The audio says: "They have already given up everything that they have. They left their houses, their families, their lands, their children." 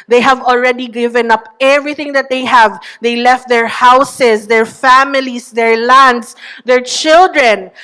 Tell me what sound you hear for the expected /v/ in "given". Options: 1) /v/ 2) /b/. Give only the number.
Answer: 1